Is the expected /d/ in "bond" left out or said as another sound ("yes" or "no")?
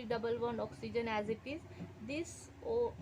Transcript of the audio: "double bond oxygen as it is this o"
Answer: yes